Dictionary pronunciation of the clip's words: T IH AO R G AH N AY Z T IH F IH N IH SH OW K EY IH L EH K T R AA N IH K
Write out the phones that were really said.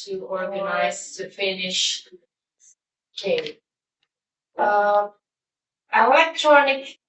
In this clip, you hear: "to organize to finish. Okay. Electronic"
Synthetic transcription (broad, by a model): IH AO R G AH N AY Z T IH F IH N IH SH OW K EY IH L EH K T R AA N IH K